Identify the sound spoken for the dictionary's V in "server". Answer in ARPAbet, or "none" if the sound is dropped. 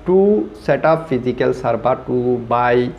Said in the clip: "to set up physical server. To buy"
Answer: B